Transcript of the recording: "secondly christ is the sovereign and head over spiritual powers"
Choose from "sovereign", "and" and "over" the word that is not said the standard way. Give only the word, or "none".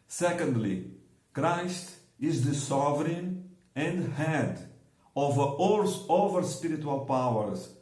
none